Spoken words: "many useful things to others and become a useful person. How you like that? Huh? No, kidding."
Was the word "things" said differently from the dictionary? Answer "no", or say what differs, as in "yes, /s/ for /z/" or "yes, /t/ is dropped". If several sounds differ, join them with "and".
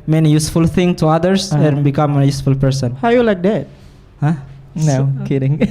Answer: yes, /z/ is dropped